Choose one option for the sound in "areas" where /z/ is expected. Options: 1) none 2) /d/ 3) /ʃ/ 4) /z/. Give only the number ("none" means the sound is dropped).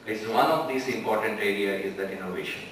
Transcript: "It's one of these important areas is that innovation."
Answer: 1